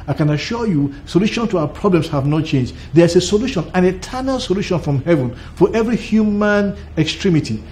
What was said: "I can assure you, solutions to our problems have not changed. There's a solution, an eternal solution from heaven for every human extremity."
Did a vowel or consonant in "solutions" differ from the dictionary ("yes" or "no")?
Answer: yes